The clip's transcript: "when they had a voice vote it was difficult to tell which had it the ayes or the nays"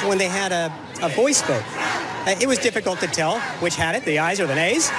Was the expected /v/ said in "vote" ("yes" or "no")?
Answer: no